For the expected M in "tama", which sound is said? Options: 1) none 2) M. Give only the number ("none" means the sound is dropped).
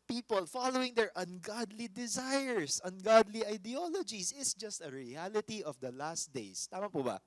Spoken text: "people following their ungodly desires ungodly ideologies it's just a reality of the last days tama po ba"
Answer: 2